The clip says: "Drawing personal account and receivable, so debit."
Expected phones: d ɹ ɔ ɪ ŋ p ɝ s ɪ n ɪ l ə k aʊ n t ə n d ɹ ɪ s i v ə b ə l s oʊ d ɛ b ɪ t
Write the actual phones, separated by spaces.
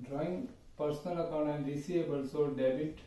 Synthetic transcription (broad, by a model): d ɹ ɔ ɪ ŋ p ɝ s n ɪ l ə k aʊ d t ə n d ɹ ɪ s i ə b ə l s oʊ d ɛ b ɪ t